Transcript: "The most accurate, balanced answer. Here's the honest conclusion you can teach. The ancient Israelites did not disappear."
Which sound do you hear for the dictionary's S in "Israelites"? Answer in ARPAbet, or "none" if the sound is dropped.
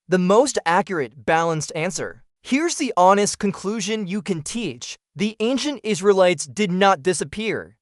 S